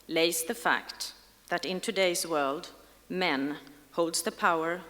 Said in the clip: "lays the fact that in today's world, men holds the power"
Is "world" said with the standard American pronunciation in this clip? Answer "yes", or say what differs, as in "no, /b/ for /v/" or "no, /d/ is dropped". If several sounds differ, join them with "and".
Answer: yes